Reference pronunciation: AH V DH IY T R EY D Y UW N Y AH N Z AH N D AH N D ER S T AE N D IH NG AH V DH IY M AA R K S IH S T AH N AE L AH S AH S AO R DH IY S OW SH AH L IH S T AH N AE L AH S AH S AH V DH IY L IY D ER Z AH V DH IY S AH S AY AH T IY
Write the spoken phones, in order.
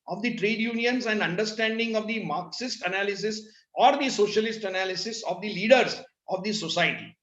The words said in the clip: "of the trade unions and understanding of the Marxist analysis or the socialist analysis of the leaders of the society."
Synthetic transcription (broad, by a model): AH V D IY T R EY D Y UW N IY AH N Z AH N D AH N D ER S T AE N D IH NG AH V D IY M AA R K S IH S T AH N AE L AH S AH S AO R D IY S OW SH AH L IH S T AH N AE L AH S AH S AH V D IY L IY D ER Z AH V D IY S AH S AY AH T IY